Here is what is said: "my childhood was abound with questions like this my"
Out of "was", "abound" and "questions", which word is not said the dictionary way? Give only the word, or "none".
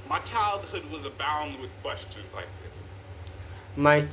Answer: none